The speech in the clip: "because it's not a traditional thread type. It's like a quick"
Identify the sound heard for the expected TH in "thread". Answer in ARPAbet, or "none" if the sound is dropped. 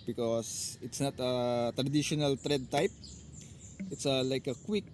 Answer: T